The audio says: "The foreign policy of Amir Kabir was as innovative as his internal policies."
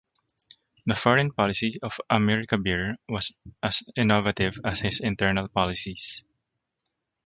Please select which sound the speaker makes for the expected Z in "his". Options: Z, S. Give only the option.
S